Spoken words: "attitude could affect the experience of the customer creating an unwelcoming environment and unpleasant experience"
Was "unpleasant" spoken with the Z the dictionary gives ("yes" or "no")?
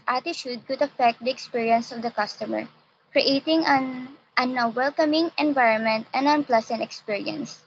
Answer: no